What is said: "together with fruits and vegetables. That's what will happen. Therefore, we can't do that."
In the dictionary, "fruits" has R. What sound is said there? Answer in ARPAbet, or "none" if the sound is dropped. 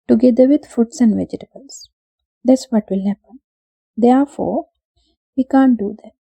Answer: none